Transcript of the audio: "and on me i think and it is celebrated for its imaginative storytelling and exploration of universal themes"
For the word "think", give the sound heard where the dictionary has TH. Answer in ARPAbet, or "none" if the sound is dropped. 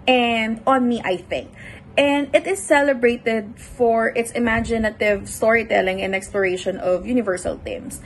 TH